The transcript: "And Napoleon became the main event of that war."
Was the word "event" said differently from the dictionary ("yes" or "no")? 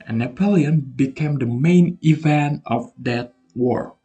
no